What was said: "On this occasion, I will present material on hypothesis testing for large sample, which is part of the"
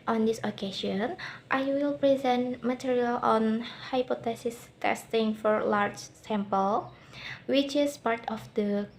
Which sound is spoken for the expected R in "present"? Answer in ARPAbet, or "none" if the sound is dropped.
R